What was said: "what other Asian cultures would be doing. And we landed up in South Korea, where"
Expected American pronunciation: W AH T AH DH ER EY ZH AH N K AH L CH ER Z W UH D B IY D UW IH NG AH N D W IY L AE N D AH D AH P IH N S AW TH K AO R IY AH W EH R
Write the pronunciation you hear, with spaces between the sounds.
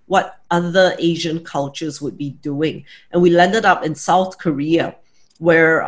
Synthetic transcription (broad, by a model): W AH T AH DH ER EY ZH AH N K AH L CH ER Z W UH D B IY D UW IH NG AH N W IY L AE N D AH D AH P IH N S AW TH K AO R IY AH W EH R